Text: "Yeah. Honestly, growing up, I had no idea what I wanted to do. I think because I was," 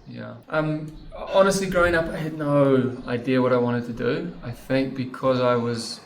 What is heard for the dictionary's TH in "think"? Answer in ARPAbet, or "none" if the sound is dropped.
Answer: TH